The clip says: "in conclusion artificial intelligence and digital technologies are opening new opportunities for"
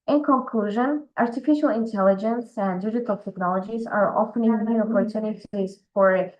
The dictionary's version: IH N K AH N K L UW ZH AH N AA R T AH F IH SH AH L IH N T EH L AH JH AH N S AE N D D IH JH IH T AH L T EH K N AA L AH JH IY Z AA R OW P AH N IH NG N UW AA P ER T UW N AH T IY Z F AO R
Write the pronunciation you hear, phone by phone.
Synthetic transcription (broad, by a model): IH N K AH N K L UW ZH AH N AA R T AH F IH SH AH L IH N T EH L AH JH AH N S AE N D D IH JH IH T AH L T EH K N AA L AH JH IY Z AA R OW F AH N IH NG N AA P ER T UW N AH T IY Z F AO R